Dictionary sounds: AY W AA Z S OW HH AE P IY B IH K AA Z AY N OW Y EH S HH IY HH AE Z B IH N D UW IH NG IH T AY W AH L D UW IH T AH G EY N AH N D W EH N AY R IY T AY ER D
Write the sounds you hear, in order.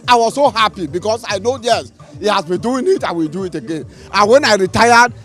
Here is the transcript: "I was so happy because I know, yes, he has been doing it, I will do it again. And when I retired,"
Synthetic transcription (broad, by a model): AY W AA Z S OW HH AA P IY B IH K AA S AY N OW Y EH S HH IY HH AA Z B IH N D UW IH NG IH T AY W AH L D UW IH T AH G EY N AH N W EH N AY R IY T AY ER D